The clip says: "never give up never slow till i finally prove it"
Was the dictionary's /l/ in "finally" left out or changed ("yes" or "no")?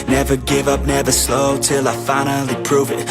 no